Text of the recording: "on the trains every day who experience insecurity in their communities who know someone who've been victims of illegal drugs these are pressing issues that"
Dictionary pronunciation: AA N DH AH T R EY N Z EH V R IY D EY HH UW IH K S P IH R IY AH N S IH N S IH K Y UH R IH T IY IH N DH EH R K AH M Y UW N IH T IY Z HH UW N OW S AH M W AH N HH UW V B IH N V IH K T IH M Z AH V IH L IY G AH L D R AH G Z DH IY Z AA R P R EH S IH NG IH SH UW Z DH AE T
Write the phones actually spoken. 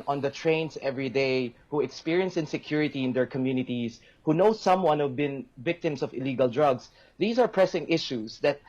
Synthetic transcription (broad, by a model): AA N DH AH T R EY N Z EH V R IY D EY HH UW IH K S P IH R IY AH N S IH N S IH K Y UH R IH T IY IH N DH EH R K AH M Y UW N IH T IY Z HH UW N OW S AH M W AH N HH UW V B IH N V IH K T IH M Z AH V IH L IY G AH L D R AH G S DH IY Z AA R P R EH S IH NG IH SH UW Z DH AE T